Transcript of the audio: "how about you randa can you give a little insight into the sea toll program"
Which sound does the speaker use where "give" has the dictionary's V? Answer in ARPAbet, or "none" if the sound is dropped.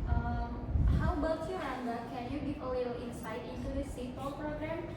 P